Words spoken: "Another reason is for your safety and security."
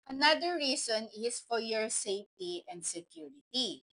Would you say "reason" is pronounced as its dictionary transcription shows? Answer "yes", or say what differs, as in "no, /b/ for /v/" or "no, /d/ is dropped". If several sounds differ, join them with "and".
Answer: no, /s/ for /z/